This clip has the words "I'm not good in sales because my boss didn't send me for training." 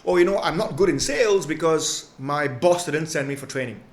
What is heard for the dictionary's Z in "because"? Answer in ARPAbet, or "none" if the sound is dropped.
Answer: Z